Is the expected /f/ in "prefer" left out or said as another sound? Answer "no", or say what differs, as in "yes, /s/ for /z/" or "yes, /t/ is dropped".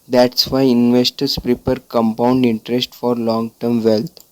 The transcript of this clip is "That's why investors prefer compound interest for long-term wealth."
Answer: yes, /p/ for /f/